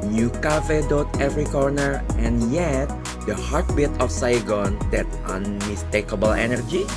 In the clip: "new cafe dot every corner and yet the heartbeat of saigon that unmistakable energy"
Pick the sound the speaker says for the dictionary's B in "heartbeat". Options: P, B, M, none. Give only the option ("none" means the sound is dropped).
B